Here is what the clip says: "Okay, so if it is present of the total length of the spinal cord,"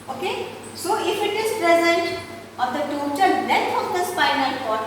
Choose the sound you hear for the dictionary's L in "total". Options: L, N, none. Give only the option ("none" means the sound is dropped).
N